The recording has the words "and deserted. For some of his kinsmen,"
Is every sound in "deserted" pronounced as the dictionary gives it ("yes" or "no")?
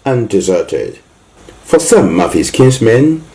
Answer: yes